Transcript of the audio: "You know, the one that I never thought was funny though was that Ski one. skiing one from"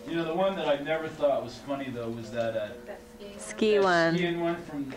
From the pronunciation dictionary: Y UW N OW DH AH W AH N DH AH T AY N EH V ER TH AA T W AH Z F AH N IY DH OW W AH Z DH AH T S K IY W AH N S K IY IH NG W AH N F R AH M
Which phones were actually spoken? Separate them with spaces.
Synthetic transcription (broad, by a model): Y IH N OW DH AH W AH N DH AH T AY N EH V ER TH AA T W AH Z F AH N IY DH OW W AH Z DH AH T S K IY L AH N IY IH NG W AH N F R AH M